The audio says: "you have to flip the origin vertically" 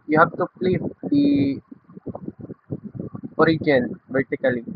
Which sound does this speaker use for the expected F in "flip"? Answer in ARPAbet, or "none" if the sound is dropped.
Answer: P